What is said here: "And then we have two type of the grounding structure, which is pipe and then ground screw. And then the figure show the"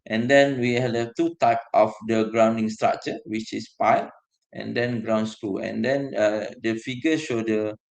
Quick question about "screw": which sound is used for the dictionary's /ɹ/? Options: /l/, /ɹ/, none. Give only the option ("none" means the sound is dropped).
none